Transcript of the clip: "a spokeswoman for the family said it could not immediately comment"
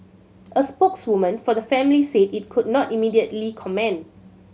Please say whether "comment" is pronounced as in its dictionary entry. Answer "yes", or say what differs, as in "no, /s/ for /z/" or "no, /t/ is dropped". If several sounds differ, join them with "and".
no, /t/ is dropped